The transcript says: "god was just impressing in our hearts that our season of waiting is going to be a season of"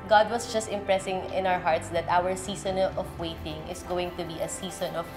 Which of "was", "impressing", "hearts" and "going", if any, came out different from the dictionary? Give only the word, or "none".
was